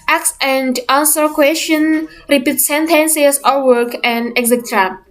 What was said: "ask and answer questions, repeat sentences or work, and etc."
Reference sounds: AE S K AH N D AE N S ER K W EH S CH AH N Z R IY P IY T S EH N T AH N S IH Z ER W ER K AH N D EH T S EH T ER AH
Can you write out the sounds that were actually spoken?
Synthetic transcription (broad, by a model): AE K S AH N D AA N S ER K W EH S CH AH N R IY P IY T S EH N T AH N S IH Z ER W ER K AH N D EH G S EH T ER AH